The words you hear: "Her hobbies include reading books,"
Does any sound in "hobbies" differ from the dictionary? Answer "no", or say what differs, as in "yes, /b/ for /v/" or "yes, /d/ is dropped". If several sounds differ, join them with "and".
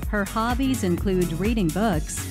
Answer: no